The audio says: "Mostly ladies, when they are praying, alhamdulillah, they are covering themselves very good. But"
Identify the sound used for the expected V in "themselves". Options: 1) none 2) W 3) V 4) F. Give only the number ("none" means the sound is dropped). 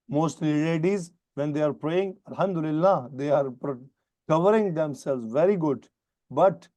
1